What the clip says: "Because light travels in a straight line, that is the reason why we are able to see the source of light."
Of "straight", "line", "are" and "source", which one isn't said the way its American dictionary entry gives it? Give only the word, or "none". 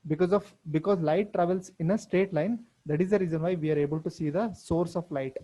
straight